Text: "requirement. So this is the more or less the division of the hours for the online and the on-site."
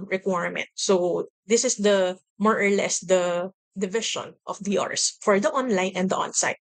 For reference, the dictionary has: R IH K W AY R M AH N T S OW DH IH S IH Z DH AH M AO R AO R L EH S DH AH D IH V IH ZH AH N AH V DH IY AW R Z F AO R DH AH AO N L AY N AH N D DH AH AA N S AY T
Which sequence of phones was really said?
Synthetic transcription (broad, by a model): R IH K W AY R M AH N T S OW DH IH S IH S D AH M AO R AO R L EH S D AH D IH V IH SH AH N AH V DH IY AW R S F AO R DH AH AO N L AY N AH N D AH AA N S AY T